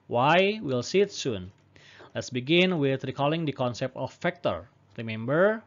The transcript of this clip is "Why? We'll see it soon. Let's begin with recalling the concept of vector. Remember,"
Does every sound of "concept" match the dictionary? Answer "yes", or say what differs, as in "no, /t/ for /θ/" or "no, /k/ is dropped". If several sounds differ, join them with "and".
yes